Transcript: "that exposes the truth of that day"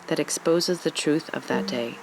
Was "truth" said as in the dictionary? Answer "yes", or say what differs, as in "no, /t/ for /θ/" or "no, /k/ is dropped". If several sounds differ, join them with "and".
yes